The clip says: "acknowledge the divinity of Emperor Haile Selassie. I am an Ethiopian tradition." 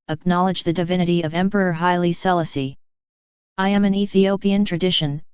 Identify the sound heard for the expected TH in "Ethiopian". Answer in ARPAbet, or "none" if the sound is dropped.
TH